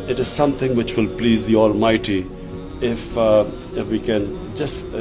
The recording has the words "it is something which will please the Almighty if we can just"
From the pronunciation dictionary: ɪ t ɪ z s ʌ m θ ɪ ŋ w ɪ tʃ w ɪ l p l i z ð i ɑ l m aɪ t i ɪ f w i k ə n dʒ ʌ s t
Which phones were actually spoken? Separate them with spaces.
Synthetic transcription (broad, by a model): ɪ t ɪ z s ʌ m t ɪ ŋ w ɪ tʃ w ɪ l p l i z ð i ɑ l m aɪ t i ɪ f w i k ə n dʒ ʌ s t